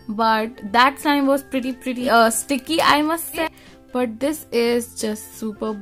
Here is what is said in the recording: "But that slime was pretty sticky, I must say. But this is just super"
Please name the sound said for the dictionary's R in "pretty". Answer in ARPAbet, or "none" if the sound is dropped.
R